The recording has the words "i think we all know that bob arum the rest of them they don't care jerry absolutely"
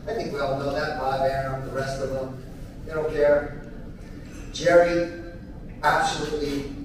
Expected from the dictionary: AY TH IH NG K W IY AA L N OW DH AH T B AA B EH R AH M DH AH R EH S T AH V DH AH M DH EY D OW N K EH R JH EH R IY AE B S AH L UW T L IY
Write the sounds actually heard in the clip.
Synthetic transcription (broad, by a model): AY TH IH NG K W IY AA L N OW DH AH T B AA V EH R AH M DH AH R EH S T AH V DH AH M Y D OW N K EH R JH EH R IY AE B S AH L UW T L IY